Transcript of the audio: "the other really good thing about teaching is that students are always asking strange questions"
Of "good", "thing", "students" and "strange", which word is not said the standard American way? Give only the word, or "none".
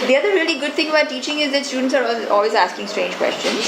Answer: thing